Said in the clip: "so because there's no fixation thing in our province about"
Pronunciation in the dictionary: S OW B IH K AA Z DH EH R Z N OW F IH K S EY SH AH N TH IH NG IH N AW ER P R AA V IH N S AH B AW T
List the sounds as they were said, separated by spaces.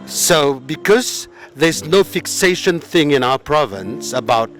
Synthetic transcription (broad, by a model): S OW B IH K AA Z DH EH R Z N OW F IH K S EY SH AH N TH IH NG IH N AW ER P R AA V IH N S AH B AW T